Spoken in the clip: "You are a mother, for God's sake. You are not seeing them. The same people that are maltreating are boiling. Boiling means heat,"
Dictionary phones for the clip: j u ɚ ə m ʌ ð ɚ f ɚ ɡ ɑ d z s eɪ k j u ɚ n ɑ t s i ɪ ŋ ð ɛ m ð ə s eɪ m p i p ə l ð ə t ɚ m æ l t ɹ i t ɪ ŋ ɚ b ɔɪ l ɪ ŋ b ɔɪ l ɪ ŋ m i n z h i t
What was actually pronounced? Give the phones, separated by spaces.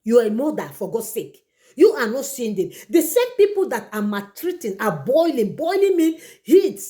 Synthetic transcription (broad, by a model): j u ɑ ə m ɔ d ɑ f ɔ ɡ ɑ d s eɪ k j u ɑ n ɑ t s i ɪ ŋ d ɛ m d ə s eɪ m p i p ə l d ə t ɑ m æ t ɹ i t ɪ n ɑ b ɔɪ l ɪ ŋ b ɔɪ l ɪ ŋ m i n h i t